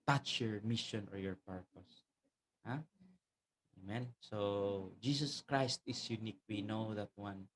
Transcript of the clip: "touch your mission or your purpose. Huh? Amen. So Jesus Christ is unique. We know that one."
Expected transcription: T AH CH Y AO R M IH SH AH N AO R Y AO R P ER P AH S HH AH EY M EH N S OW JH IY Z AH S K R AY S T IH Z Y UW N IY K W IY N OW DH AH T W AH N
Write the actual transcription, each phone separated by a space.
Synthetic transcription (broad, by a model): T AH CH Y AO R M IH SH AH N AO R Y AO R P ER P AH S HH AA EY M EH N S OW JH IY S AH S K R AY S T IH S Y UW N IY K W IY N OW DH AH T W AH N